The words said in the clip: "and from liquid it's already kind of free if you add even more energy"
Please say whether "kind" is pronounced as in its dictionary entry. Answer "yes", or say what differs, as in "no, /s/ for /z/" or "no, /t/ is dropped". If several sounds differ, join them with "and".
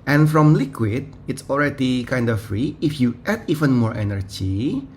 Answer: yes